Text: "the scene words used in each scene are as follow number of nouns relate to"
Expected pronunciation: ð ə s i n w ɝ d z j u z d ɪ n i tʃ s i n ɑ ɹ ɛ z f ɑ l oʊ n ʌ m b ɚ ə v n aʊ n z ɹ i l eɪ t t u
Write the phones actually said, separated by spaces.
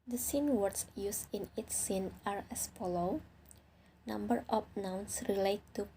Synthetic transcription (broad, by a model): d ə s i n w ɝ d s j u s ɪ n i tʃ s i n ɑ ɹ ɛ s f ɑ l oʊ n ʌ m b ɚ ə p n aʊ n s ɹ i l eɪ t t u